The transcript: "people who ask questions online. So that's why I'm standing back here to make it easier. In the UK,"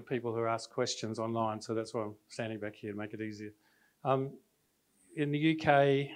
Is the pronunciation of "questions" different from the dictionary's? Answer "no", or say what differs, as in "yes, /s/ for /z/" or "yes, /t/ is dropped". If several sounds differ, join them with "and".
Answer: no